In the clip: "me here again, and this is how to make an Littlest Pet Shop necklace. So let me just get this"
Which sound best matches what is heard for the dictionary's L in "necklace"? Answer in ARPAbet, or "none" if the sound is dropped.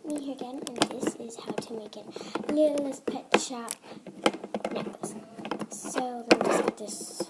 none